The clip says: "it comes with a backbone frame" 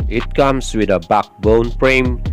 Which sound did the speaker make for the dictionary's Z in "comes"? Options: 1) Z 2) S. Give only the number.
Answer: 2